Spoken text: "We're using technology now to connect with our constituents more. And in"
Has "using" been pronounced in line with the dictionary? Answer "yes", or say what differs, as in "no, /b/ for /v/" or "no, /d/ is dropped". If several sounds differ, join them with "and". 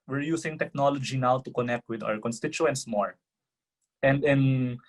no, /s/ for /z/